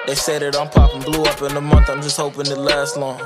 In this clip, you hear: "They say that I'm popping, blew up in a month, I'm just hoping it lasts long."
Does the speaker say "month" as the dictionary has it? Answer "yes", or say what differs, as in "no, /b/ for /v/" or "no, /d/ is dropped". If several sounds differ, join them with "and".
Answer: no, /t/ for /θ/